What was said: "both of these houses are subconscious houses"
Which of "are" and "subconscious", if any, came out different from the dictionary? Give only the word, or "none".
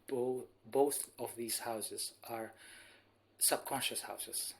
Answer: none